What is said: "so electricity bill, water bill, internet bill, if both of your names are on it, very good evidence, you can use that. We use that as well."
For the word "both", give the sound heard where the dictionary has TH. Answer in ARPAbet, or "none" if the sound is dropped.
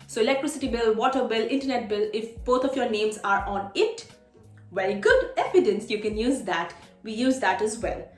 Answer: T